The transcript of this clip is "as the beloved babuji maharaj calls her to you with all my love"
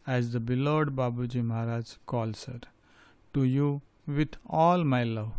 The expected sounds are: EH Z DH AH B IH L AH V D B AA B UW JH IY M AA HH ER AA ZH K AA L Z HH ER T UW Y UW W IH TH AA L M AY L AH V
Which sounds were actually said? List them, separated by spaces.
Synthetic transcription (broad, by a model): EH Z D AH B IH L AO D B AA B UW JH IY M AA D AA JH K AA L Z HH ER T UW Y UW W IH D AA L M AY L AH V